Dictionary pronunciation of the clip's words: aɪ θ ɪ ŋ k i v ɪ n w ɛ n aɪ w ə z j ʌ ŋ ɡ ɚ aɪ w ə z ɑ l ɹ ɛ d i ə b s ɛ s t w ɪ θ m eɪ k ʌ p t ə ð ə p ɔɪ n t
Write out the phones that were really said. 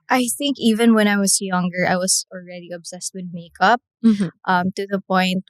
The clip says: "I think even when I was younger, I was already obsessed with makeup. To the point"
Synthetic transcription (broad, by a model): aɪ θ ɪ ŋ k i v ɪ n w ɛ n aɪ w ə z j ʌ ŋ ɡ ɚ aɪ w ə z ɑ l ɹ ɛ d i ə b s ɛ s t w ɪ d m eɪ k ʌ p t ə ð ə p ɔɪ n t